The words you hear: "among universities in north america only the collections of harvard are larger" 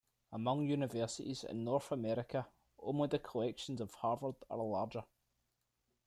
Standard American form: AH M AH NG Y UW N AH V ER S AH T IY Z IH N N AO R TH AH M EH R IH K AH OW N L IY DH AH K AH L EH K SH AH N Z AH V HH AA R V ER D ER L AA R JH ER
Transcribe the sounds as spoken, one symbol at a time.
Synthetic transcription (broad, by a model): AH M AH NG Y UW N AH V ER S AH T IY Z IH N N AO R TH AH M EH R IH K AH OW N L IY DH AH K AH L EH K SH AH N Z AH V HH AA R V ER D ER L AA R JH ER